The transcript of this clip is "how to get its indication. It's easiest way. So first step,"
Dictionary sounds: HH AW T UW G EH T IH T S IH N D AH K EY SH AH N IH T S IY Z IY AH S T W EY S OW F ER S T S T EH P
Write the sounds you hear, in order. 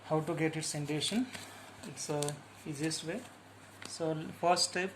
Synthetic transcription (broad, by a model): HH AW T UW G EH T IH T S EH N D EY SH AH N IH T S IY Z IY S T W EY S OW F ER T S T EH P